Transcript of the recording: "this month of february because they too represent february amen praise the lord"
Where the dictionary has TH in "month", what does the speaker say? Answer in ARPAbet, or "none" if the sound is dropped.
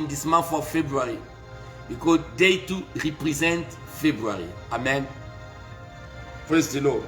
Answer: F